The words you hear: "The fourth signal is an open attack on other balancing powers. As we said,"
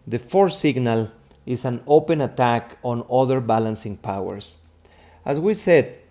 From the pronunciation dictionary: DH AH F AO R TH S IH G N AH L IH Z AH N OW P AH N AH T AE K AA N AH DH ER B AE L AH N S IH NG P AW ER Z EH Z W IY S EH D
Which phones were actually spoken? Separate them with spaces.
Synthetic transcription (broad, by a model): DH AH F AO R S IH G N AH L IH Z AH N OW P AH N AH T AE K AA N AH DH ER B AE L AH N S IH NG P AW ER S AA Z W IY S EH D